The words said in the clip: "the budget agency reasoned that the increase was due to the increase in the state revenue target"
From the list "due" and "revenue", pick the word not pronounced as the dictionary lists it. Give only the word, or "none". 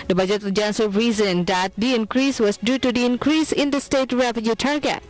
revenue